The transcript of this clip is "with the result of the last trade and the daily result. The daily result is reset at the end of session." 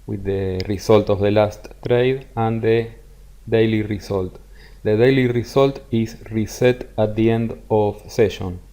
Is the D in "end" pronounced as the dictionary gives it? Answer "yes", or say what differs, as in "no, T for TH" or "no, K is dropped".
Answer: yes